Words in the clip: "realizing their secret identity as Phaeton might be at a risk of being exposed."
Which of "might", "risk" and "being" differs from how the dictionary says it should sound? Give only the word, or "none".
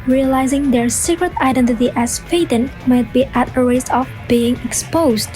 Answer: risk